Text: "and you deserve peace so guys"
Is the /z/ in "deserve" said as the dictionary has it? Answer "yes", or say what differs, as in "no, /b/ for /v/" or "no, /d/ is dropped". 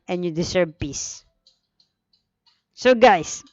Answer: no, /s/ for /z/